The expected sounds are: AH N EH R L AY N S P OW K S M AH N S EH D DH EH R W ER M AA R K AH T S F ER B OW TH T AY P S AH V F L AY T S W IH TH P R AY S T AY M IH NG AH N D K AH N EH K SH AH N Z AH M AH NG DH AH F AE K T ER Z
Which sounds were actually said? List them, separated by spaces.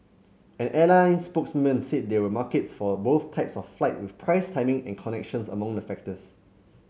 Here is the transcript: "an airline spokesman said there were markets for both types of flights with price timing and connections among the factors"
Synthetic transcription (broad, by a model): AH N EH L AY N S P OW K S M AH N S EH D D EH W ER M AA K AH T S F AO B OW TH T AY P S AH F F L AY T W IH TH P R AY S T AY M IH NG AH N K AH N EH K SH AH N S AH M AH NG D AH F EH K T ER S